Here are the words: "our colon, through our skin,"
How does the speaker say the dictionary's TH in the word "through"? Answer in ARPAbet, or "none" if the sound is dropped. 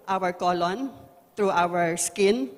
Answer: T